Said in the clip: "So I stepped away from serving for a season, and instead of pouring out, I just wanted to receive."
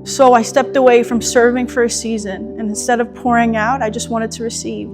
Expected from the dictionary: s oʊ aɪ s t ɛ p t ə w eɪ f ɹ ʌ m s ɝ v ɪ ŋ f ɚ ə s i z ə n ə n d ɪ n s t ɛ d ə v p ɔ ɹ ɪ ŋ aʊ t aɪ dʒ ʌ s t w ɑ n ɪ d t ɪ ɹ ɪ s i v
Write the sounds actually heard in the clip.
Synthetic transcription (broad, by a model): s oʊ aɪ s t ɛ p t ə w eɪ f ɹ ʌ m s ɝ v ɪ ŋ f ɚ ə s i z ə n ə n ɪ n s t ɛ d ə v p ɔ ɹ ɪ ŋ aʊ t aɪ dʒ ʌ s t w ɑ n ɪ d t ɪ ɹ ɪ s i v